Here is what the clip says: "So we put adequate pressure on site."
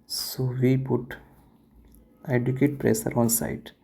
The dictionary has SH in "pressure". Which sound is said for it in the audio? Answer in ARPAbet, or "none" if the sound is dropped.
S